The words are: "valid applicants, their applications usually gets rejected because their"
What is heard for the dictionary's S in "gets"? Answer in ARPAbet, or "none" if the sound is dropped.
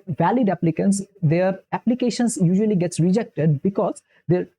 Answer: S